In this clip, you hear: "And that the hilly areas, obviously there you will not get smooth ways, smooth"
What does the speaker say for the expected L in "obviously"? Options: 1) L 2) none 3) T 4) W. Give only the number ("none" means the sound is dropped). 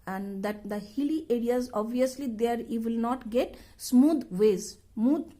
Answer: 1